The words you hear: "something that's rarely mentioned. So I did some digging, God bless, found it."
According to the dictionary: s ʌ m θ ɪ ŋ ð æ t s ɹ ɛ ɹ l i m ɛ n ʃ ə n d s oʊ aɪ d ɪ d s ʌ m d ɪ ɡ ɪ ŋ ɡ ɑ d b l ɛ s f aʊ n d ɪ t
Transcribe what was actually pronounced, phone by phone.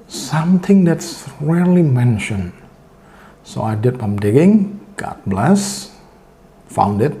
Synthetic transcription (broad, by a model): s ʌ m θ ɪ ŋ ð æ t s ɹ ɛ l i m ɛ n ʃ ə n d s oʊ aɪ d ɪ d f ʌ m d ɪ ɡ ɪ ŋ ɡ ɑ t b l ɛ s f aʊ n d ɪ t